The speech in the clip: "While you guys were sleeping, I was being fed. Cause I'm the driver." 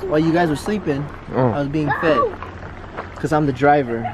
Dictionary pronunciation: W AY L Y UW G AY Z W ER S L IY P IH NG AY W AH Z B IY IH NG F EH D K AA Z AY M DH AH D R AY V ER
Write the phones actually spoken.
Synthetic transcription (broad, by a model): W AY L Y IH G AY Z W ER S L IY P IH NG AY W AH Z B IY IH NG F EH D K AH Z AY M DH AH D R AY V ER